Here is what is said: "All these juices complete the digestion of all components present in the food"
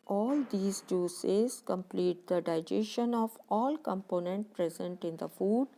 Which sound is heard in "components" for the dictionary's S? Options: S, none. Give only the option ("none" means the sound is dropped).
none